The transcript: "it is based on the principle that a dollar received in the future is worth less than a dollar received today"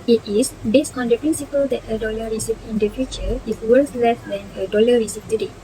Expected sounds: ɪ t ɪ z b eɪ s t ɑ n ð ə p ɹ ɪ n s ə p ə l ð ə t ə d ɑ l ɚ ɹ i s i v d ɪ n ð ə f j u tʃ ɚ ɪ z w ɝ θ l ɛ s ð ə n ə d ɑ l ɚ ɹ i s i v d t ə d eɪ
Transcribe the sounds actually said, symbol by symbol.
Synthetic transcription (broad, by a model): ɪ t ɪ s b eɪ s t ɑ n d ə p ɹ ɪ n s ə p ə l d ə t ə d ɑ l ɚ ɹ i s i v ɪ n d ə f j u tʃ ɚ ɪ s w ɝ s l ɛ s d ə n ə d ɑ l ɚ ɹ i s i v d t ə d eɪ